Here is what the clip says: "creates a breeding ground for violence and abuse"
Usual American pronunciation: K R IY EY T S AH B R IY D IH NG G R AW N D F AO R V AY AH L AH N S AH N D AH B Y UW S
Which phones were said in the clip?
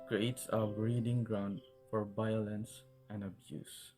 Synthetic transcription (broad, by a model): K R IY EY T S AH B R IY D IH NG G R AW N D F AO R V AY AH L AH N S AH N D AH B Y UW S